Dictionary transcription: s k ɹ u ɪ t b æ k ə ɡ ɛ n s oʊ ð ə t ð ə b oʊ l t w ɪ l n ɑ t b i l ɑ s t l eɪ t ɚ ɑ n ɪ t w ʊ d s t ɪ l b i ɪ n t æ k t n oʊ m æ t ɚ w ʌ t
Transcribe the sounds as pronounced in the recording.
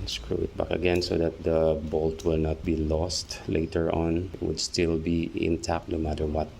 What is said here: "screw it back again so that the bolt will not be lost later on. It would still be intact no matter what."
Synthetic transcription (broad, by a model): s k ɹ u ɪ t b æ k ə ɡ ɛ n s oʊ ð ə t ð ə b oʊ l t w ɪ l n ɑ t b i l ɑ s t l eɪ t ɚ ɑ n ɪ t w ʊ d s t ɪ l b i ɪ n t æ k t n oʊ m æ t ɚ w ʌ t